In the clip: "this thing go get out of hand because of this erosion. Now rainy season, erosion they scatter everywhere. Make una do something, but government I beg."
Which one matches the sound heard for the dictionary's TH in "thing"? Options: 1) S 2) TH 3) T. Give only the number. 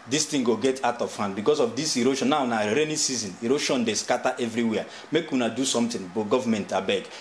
3